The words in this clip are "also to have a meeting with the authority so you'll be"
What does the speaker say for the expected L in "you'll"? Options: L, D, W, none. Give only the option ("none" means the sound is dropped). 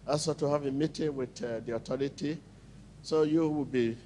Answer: W